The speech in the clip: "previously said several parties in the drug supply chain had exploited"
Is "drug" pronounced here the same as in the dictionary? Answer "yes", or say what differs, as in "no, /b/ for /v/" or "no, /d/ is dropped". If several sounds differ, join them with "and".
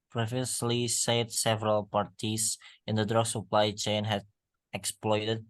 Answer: yes